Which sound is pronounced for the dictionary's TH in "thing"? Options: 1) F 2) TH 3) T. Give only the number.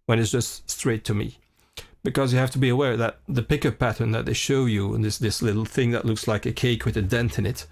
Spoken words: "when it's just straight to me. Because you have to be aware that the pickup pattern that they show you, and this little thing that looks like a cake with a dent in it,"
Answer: 2